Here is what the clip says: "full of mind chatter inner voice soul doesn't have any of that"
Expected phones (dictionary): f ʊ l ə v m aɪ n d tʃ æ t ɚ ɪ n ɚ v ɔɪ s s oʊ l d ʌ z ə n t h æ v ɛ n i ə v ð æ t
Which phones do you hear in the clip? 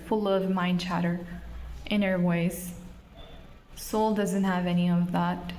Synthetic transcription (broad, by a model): f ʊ l ə v m aɪ n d tʃ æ t ɚ ɪ n ɚ w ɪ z s oʊ l d ʌ z ə n t h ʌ v ɛ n i ə v ð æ t